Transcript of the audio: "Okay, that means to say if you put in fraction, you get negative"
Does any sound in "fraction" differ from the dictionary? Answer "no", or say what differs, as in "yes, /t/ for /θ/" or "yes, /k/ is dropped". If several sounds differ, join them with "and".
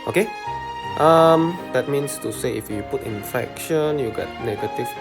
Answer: yes, /ɹ/ is dropped